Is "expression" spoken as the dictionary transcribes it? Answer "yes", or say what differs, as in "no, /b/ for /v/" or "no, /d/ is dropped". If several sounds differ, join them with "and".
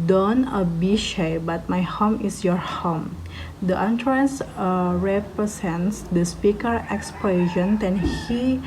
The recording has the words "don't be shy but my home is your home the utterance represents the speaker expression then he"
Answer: no, /l/ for /ɹ/